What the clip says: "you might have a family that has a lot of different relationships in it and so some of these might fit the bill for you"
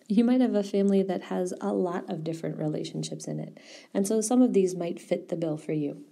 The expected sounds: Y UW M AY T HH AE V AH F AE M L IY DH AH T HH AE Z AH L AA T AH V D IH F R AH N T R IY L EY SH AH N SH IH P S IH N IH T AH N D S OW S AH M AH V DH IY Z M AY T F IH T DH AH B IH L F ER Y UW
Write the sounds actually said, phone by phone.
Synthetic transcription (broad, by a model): Y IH M AY T HH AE V AH F AE M L IY DH AH T HH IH Z AH L AA T AH V D IH F R AH N T R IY L EY SH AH N SH IH P S IH N IH T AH N S OW S AH M AH V DH IY Z M AY T F IH T DH AH B IH L F ER Y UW